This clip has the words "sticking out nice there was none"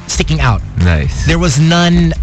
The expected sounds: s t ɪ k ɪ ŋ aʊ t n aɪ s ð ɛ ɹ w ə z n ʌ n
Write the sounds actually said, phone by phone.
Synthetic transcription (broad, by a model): s t ɪ k ɪ ŋ aʊ t n aɪ s ð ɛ ɹ w ə z n ʌ n